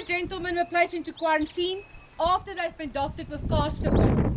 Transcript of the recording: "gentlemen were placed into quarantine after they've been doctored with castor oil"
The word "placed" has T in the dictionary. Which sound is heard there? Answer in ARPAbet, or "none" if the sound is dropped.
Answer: none